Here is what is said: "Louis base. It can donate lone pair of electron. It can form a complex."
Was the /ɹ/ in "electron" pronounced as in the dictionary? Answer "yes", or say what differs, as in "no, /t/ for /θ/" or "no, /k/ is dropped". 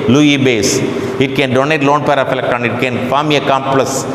no, /ɹ/ is dropped